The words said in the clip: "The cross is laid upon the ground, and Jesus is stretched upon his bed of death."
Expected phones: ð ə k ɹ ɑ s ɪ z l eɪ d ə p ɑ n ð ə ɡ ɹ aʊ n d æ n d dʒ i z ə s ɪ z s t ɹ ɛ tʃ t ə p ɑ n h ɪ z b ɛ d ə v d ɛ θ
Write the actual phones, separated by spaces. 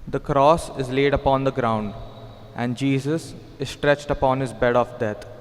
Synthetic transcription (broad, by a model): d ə k ɹ ɑ s ɪ z l eɪ d ə p ɑ n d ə ɡ ɹ aʊ n d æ n d dʒ i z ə s ɪ z s t ɹ ɛ tʃ t ə p ɑ n h ɪ z b ɛ d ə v d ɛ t